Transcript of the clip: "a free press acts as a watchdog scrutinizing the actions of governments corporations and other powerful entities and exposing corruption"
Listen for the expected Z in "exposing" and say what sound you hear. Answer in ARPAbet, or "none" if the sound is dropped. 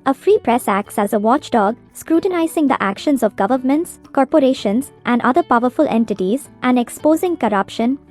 Z